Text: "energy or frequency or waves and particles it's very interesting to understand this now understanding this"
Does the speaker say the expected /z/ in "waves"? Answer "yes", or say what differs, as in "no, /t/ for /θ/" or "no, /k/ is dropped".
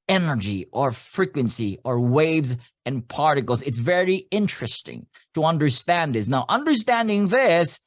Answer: yes